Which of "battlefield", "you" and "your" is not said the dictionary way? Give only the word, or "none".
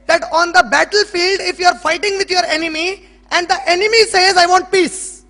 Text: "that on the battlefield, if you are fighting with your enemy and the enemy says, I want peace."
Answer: none